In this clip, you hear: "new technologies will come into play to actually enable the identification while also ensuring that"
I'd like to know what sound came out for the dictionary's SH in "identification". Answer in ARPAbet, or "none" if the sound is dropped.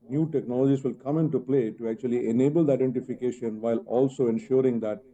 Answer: SH